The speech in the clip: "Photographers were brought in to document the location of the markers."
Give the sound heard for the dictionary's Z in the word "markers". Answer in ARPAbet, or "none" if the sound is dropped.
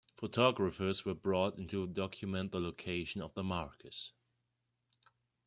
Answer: S